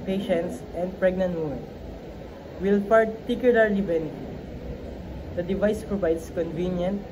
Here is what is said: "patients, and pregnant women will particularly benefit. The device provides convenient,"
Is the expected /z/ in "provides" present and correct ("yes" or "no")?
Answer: no